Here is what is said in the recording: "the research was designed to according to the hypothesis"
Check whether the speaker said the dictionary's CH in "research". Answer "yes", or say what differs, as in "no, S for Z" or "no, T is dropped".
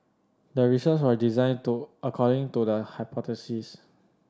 no, S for CH